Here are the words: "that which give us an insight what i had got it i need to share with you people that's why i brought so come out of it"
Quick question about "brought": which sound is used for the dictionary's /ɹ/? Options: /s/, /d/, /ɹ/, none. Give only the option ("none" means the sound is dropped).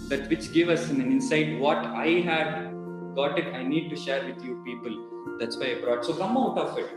/ɹ/